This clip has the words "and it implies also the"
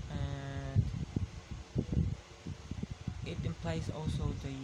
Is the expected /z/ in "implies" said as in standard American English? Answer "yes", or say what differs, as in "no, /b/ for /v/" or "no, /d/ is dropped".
no, /s/ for /z/